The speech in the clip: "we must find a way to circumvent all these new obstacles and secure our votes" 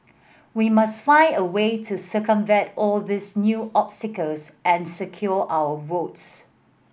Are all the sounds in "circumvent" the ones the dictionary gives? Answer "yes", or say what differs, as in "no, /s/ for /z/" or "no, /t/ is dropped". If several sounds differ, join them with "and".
no, /n/ is dropped